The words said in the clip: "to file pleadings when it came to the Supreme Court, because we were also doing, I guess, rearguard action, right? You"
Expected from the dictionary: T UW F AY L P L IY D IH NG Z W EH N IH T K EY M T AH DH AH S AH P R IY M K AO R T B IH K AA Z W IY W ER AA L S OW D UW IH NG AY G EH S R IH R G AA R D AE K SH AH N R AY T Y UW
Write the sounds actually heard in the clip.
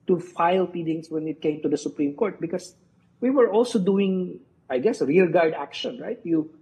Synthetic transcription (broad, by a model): T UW F AY L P IY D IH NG S W EH N IH T K EY M T AH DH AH S AH P R IY M K AO R T B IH K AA S W IY W ER AA L S OW D UW IH NG AY G EH S R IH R G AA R D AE K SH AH N R AY T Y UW